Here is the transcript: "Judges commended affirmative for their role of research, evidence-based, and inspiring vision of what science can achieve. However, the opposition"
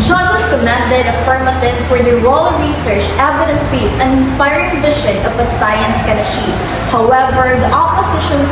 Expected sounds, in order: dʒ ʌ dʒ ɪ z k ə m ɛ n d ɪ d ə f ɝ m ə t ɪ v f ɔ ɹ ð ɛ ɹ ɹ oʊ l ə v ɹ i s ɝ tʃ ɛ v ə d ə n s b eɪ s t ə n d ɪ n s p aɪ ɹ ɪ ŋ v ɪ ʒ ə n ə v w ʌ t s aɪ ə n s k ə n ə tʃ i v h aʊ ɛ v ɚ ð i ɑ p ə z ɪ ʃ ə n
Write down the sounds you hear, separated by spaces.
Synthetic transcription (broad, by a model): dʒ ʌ dʒ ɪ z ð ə m ɛ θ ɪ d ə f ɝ m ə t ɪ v f ɔ ɹ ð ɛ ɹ ɹ oʊ l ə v ɹ i s ɝ tʃ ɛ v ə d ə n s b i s ə n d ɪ n s p aɪ ɹ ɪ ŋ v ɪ ʃ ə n ə v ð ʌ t s aɪ ə n s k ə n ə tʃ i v h aʊ ɛ v ɚ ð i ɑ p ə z ɪ ʃ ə n